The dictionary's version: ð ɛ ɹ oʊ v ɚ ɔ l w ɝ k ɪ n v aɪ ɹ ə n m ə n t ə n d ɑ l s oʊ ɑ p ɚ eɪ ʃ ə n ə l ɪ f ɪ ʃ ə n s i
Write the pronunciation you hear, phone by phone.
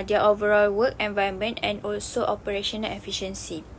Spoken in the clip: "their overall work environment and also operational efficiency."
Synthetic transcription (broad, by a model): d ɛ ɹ oʊ v ɚ ɔ l w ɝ k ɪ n v aɪ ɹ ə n m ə n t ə n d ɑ l s oʊ ɑ p ɚ eɪ ʃ ə n ə l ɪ f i ʃ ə n s i